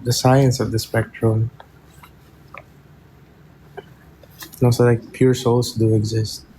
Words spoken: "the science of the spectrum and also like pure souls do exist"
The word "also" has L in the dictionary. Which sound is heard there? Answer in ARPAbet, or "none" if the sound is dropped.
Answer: none